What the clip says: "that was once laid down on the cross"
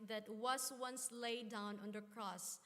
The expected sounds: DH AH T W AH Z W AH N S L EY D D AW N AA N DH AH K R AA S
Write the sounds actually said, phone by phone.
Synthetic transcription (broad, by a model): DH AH T W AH S W AH N S L EY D D AW N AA N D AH K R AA S